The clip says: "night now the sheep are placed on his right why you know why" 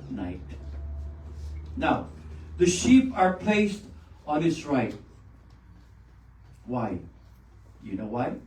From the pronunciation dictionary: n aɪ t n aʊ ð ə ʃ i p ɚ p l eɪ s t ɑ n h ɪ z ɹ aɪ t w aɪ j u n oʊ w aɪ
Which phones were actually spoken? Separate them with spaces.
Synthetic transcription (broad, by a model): n aɪ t n aʊ ð ə ʃ i p ɚ p l eɪ s t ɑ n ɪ s ɹ aɪ t w aɪ j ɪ n oʊ w aɪ